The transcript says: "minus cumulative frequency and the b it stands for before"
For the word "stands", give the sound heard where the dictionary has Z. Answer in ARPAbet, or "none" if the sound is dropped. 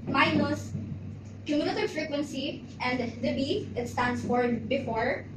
S